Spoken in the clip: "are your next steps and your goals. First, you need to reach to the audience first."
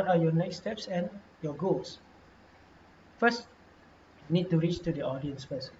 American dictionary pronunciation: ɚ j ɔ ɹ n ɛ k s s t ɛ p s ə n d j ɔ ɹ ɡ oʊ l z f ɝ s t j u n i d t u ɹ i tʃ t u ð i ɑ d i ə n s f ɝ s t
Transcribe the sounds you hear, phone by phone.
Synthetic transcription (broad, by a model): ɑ j ɔ n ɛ k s s t ɛ p s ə n j ɔ ɡ oʊ l s f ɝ s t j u n i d t u ɹ i tʃ t u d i ɑ d i ə n s f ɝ s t